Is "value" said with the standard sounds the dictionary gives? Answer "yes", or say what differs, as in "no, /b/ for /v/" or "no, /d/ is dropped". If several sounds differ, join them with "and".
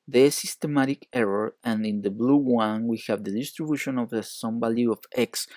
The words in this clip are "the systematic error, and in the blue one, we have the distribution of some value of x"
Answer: no, /b/ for /v/